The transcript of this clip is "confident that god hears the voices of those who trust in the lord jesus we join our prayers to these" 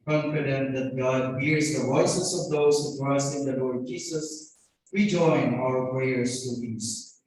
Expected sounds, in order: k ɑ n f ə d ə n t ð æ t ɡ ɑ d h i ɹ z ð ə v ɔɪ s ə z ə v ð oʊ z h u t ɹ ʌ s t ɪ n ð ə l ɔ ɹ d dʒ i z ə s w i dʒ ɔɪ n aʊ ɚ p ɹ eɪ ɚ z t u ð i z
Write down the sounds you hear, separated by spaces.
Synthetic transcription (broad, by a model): k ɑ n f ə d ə n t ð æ t ɡ ɑ d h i ɹ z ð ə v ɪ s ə s ə v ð oʊ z h u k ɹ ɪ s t ɪ n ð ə l ɔ ɹ d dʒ i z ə s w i dʒ ɔɪ n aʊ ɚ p ɹ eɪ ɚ s t u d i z